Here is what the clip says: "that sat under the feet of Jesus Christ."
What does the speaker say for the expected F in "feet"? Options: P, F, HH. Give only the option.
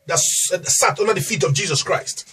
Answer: F